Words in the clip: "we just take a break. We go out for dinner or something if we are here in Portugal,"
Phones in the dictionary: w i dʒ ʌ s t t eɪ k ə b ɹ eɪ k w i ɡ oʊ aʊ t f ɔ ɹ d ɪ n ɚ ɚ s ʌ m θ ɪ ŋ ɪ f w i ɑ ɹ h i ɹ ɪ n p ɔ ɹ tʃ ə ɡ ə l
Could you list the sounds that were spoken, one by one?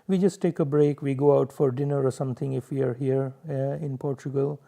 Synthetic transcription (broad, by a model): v i dʒ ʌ s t t eɪ k ə b ɹ eɪ k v i ɡ oʊ aʊ t f ɔ ɹ d ɪ n ɚ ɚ s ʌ m t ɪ ŋ ɪ f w i ɑ ɹ h i ɹ ɪ n p ɔ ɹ tʃ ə ɡ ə l